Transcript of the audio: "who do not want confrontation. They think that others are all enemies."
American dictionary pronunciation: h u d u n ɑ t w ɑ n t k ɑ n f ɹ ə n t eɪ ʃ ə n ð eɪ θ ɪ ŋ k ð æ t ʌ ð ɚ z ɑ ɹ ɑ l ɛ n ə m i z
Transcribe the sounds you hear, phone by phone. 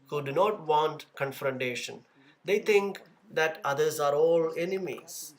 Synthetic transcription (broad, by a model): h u d u n ɑ t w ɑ n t k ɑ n f ɹ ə n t eɪ ʃ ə n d eɪ t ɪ ŋ k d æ t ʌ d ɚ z ɑ ɹ ɑ l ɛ n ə m i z